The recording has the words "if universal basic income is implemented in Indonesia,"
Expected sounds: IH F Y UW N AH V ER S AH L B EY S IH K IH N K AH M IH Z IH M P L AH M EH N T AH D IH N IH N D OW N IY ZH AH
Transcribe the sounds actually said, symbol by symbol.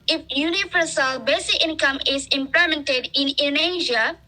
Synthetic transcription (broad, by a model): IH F Y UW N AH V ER S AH L B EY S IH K IH N K AH M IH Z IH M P AH M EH N T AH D IH N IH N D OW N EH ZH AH